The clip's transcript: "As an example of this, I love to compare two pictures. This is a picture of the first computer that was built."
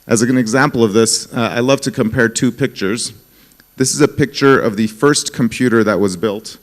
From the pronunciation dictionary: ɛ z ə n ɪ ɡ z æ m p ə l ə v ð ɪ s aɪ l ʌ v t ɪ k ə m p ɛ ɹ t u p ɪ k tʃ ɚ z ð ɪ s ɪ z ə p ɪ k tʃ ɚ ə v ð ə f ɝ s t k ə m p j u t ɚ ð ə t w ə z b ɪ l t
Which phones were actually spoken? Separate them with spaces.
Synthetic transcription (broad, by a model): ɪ z ə n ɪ ɡ z æ m p l ə v ð ɪ s aɪ l ʌ v t ɪ k ə m p ɛ ɹ t u p ɪ k tʃ ɚ z ð ɪ s ɪ z ə p ɪ k tʃ ɚ ə v ð ə f ɝ s k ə m p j u t ɚ ð ə t w ə z b ɪ l t